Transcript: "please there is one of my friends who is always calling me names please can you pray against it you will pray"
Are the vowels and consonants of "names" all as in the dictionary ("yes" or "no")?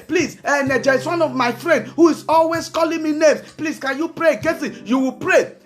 no